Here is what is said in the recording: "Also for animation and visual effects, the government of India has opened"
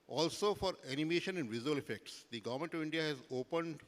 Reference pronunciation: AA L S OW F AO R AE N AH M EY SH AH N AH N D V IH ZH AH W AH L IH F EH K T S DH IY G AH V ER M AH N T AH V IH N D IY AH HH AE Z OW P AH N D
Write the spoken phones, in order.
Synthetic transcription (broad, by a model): AA L S OW F AO R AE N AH M EY SH AH N AH N D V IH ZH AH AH L IH F EH K T S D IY G AH V ER M AH N T AH V IH N D IY AH HH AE Z OW P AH N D